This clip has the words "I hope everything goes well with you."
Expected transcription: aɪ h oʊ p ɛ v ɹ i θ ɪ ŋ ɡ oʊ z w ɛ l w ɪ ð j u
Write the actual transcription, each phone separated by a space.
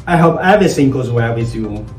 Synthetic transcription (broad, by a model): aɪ h oʊ p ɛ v i s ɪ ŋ ɡ oʊ z w ɛ l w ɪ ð j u